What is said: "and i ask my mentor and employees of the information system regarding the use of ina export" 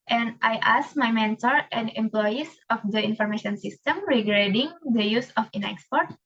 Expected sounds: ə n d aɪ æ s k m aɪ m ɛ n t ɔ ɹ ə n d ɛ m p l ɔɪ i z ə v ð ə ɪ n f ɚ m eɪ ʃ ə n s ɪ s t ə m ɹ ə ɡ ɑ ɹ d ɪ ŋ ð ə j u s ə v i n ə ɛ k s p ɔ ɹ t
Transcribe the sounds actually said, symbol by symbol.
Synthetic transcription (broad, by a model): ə n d aɪ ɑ s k m aɪ m ɛ n t ɔ ɹ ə n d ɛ m p l ɔɪ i s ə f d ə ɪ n f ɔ m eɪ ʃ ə n s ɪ s t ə m ɹ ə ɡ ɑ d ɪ ŋ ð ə j u s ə f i n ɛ k s p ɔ ɹ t